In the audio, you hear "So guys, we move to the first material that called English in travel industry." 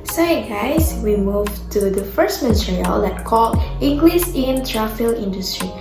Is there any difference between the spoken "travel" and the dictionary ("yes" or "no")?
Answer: yes